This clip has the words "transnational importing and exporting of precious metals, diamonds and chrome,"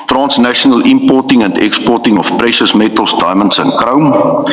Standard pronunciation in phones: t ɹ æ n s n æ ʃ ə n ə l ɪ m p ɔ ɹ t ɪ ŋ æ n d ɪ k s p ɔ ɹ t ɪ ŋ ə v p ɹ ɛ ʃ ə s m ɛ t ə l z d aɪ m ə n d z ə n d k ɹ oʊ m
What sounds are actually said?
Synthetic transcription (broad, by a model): t ɹ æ n s n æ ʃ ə n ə l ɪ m p ɔ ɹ t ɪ ŋ æ n d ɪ k s p ɔ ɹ t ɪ ŋ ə f p ɹ ɛ ʃ ə s m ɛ t ə l s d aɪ m ə n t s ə n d k ɹ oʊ m